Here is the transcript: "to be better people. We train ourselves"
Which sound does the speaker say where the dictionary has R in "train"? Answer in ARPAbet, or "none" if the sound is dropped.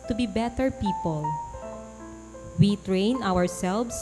R